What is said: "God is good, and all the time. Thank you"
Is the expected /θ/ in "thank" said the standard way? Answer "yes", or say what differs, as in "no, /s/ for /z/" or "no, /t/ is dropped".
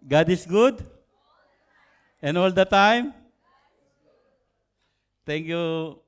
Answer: no, /t/ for /θ/